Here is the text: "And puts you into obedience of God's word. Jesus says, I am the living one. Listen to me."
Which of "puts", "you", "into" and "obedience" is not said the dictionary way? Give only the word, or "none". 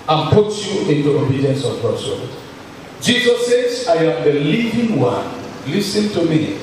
puts